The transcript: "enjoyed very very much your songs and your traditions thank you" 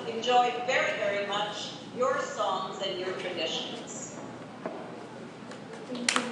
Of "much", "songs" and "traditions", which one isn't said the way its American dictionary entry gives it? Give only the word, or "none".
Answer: none